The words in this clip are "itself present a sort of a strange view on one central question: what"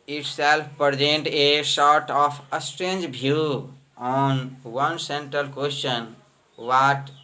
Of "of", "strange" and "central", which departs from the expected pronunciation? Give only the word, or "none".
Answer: of